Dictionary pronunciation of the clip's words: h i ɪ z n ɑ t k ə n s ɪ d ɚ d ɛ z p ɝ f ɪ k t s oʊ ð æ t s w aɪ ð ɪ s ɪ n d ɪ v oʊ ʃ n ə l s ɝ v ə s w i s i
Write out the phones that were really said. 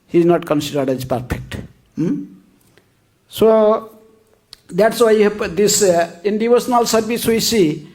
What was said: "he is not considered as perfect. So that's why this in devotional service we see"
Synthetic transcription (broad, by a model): h i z n ɑ t k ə n s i d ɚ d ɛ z p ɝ p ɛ k t s oʊ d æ t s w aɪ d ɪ s ɪ n d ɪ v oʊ s n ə l s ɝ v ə s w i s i